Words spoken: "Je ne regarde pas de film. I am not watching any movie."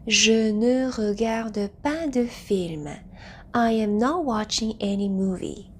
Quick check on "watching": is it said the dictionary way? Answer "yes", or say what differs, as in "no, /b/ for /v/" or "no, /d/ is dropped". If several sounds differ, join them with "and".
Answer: yes